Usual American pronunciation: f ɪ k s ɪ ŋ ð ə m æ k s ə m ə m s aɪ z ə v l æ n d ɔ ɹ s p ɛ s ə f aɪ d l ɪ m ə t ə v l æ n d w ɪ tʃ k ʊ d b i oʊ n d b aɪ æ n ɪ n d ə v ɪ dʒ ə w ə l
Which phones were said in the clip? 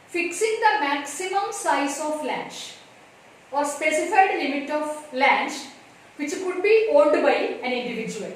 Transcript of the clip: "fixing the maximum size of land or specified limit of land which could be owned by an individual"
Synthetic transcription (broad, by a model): f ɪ k s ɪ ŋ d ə m æ k s ə m ə m s aɪ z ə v l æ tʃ ɔ ɹ s p ɛ s ə f aɪ d l ɪ m ə t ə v l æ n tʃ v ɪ tʃ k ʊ d b i oʊ l d b aɪ æ n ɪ n d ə v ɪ dʒ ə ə l